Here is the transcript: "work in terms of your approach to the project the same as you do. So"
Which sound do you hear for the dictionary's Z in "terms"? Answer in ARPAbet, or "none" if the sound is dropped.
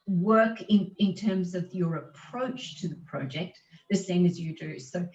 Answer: Z